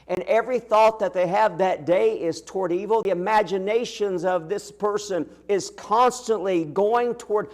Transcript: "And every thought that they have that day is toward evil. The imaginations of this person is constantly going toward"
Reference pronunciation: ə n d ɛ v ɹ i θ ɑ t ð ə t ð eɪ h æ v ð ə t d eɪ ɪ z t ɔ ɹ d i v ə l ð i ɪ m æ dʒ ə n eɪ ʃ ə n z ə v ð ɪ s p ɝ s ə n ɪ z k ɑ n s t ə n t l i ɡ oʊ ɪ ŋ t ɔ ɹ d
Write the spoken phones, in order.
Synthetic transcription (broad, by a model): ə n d ɛ v ɹ i θ ɑ t ð ə t ð eɪ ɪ v ð ə t d eɪ ɪ z t ɔ ɹ d i v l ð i ɪ m æ dʒ ə n eɪ ʃ ə n z ə v ð ɪ s p ɝ s ə n ɪ z k ɑ n s t ə n t l i ɡ oʊ ɪ ŋ t ɔ ɹ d